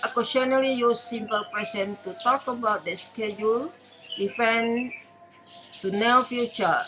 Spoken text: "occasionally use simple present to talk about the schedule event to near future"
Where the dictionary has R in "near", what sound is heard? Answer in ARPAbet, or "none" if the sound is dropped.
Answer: L